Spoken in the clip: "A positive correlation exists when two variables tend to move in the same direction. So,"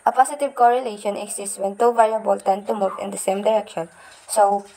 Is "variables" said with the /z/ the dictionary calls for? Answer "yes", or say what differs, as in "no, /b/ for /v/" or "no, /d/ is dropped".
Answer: no, /z/ is dropped